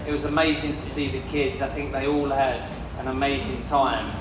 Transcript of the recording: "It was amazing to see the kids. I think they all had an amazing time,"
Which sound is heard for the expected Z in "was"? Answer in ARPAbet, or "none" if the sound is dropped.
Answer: Z